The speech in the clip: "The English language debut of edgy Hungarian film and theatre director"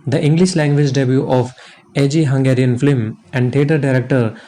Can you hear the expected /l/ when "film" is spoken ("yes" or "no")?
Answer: no